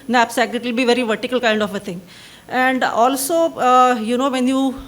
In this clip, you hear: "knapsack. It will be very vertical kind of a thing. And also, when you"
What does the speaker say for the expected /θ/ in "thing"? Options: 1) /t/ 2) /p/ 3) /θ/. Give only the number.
1